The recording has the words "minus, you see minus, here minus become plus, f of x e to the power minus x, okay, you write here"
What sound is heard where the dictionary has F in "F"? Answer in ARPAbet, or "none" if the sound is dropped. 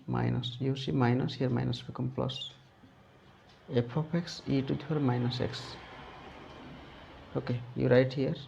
P